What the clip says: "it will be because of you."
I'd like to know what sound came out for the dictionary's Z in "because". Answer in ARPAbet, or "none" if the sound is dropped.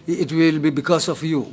S